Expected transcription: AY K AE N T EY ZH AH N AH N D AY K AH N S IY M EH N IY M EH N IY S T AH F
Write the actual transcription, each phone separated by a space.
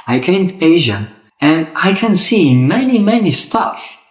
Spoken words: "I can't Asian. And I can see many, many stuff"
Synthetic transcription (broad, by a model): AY K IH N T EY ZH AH AH N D AY K AH N S IY M EH N IY M EH N IY S T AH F